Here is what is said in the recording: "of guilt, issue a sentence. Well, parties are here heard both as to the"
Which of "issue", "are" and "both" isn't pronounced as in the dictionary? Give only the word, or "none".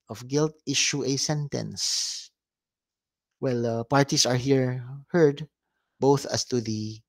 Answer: none